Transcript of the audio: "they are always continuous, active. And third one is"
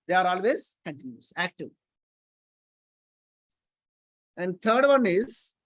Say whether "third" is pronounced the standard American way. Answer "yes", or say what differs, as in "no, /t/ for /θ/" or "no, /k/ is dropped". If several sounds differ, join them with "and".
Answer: no, /t/ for /θ/